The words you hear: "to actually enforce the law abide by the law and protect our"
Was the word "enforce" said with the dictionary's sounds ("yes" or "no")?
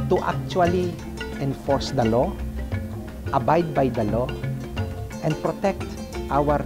yes